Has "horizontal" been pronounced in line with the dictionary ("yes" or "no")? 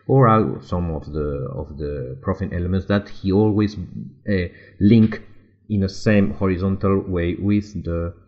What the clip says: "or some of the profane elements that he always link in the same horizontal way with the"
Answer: yes